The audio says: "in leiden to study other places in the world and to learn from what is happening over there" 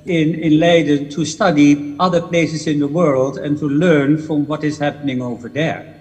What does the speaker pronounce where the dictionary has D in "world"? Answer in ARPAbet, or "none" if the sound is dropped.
D